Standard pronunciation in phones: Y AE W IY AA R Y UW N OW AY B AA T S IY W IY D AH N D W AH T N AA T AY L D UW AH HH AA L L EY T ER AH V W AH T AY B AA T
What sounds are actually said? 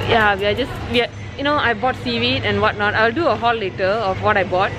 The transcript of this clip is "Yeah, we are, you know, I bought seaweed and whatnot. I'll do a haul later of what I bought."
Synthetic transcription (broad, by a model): Y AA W IY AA W Y UW N OW AY B AA T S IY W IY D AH N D W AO T N AA T AY L D UW AH HH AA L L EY T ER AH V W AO T AY B AA T